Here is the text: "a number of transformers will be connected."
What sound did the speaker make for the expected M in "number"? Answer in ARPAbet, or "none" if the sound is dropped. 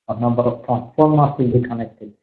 none